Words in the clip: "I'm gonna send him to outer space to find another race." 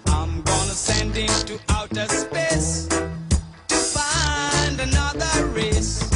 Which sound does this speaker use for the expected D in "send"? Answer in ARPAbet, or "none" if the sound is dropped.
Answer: D